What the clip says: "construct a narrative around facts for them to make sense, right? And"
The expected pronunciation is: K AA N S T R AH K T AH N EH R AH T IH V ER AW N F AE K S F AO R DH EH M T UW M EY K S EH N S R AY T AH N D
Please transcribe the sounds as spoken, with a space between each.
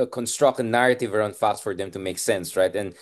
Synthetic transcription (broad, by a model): K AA N S T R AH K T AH N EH R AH T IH V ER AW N F AE K S F AO R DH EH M T UW M EY K S EH N S R AY T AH N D